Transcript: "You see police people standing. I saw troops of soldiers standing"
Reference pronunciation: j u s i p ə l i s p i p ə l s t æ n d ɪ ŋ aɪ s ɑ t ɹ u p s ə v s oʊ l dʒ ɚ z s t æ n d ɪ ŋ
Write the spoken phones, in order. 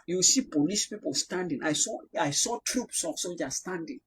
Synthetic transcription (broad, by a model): j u s i p ə l i s p i p ə l s t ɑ n d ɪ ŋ aɪ s ɑ t ɹ u p s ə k s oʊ dʒ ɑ s t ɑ n d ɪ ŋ